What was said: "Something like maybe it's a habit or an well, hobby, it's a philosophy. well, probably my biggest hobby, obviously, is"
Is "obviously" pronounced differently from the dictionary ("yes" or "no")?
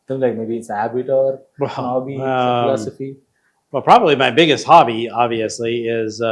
no